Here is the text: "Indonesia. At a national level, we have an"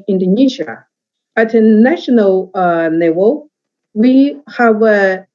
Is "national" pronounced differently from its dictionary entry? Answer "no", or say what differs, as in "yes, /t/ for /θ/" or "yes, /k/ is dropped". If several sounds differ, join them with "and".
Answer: no